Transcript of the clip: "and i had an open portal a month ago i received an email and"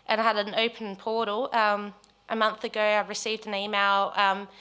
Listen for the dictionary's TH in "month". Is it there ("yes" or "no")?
yes